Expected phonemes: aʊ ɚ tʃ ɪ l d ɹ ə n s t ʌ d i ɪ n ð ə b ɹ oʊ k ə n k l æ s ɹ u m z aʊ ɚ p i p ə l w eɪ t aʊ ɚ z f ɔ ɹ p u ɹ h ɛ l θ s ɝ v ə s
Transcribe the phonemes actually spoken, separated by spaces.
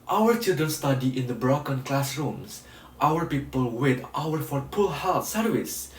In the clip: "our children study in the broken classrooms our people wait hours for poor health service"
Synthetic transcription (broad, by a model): aʊ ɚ tʃ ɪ l d ɹ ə n s t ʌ d i ɪ n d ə b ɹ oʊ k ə n k l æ s ɹ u m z aʊ ɚ p i p ə l w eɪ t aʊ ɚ f ɔ ɹ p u l h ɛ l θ s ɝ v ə s